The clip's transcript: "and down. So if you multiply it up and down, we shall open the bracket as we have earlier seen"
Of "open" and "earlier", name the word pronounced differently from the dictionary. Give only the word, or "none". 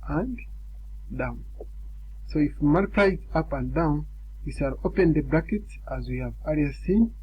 earlier